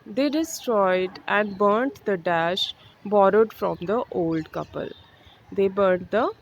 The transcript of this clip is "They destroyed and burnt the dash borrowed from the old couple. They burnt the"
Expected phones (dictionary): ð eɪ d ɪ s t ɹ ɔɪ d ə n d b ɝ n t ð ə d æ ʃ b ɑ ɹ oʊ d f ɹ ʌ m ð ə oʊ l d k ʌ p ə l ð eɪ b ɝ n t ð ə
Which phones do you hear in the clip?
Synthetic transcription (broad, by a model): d eɪ d ɪ s t ɹ ɔɪ d ə n d b ɝ n t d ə d æ ʃ b ɑ ɹ oʊ d f ɹ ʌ m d ə oʊ l d k ʌ p ə l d eɪ b ɝ n t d ə